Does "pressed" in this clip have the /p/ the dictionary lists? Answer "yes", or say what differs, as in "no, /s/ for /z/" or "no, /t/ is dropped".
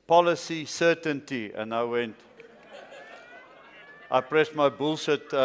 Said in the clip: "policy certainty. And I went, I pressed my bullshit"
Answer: yes